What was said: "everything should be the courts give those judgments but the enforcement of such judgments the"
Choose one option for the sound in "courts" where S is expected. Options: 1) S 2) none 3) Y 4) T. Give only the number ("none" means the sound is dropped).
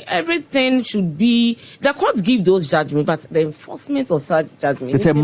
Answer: 2